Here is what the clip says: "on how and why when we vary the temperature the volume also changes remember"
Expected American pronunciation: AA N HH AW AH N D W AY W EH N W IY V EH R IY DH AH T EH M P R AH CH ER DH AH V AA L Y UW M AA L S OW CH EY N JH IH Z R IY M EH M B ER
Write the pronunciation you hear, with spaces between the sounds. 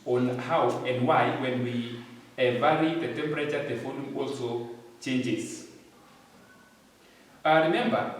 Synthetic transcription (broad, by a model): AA N HH AW AH N D W AY W EH N W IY V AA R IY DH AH T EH M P R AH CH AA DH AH F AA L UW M AA L S OW CH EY N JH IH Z R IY M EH M B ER